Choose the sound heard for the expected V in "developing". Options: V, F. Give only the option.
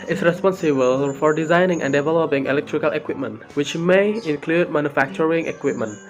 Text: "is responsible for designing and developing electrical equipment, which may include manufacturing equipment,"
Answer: V